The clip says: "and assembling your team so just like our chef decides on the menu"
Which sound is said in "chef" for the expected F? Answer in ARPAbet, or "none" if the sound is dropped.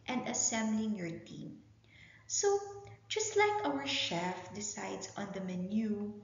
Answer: F